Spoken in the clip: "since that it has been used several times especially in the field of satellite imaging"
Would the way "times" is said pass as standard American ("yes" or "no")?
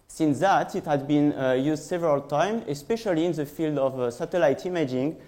no